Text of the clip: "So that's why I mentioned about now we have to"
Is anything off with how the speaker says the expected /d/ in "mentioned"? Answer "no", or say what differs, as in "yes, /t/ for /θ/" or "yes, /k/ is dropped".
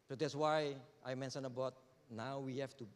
yes, /d/ is dropped